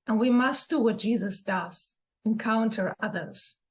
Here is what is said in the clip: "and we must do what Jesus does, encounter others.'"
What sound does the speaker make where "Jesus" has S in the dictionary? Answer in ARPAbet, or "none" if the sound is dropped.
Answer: S